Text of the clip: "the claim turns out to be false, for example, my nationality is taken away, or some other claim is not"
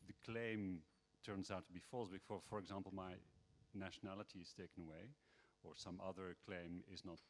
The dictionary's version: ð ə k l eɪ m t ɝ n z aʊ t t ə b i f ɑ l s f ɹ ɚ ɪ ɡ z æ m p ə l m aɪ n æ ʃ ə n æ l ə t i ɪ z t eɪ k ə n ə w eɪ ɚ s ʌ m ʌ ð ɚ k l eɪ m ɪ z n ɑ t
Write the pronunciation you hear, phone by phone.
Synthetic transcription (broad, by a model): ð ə k l eɪ m t ɝ n z aʊ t t ə b i f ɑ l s f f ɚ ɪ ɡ z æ m p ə l m aɪ n æ ʃ ə n æ l ə t i ɪ z t eɪ k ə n ə w eɪ ɚ s ʌ m ʌ ð ɚ k l eɪ m ɪ z n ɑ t